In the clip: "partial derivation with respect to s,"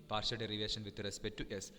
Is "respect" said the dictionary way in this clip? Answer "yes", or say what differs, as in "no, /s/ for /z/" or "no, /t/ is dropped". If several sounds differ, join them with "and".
no, /k/ is dropped